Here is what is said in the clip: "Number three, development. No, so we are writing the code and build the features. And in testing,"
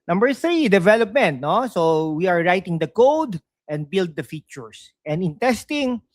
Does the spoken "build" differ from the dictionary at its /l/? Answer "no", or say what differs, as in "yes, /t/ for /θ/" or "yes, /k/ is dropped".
no